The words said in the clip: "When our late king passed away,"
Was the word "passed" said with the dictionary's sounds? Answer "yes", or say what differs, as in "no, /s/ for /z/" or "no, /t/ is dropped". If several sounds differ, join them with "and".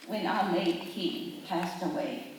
yes